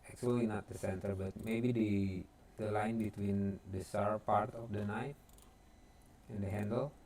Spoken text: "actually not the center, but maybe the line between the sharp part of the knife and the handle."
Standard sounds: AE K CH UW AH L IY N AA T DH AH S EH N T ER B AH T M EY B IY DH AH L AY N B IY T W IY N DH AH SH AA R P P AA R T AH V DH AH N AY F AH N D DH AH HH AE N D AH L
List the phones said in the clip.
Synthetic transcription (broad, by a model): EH K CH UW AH L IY N AA T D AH S EH N T ER B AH T M EY B IY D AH L AY N B IY T W IY N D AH S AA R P P AA R T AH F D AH N AY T AH N D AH HH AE N D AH L